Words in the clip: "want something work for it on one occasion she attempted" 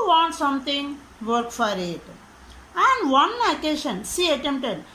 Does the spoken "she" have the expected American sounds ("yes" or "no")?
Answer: no